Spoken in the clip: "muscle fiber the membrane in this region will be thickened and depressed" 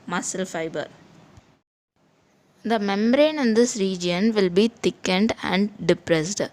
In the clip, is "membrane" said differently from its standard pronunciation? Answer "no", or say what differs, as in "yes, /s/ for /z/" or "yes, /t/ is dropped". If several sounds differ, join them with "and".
yes, /b/ is dropped